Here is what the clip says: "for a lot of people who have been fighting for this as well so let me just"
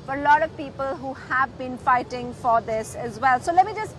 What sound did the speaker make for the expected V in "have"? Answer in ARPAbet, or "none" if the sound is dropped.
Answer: V